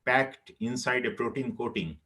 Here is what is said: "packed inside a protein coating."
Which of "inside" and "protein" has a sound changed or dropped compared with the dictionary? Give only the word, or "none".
none